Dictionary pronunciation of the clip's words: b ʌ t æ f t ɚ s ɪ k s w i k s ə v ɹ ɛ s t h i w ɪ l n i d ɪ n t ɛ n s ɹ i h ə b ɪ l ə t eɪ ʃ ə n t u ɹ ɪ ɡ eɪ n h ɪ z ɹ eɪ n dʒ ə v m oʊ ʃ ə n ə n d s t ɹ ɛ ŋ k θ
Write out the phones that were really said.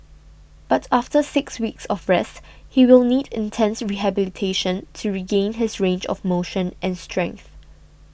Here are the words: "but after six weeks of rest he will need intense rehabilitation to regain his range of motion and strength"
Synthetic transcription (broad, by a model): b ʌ t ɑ f t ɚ s ɪ k s w i k s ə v ɹ ɛ s t h i w ɪ l n i d ɪ n t ɛ n s ɹ i h ə b ɪ l ə t eɪ ʃ ə n t u ɹ ɪ ɡ eɪ n h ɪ s ɹ eɪ n dʒ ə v m oʊ ʃ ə n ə n s t ɹ ɛ ŋ k θ